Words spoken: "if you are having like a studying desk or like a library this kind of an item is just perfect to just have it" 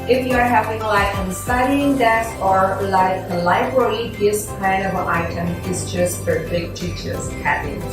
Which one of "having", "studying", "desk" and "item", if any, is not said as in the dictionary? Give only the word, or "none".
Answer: desk